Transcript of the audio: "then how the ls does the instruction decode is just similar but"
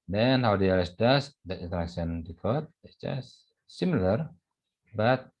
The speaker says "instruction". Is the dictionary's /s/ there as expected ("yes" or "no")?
no